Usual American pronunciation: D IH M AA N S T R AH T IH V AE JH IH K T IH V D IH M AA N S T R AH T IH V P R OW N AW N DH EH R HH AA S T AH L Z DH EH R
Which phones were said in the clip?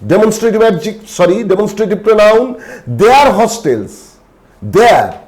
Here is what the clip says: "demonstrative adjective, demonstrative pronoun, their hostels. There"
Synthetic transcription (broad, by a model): D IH M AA N S T R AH T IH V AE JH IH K S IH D D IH M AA N S T R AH T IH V P R OW N AW N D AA R HH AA S T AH L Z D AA R